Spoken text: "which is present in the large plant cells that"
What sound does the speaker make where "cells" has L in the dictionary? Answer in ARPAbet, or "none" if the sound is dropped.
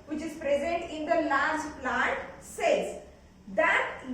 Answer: none